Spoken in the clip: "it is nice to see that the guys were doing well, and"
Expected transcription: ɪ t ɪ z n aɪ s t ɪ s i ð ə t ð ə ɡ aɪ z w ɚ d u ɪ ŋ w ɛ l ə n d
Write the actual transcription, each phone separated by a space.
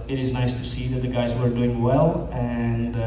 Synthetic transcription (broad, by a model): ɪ t ɪ z n aɪ s t ɪ s i ð ə t ð ə ɡ aɪ z w ɚ d u ɪ ŋ w ɛ l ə n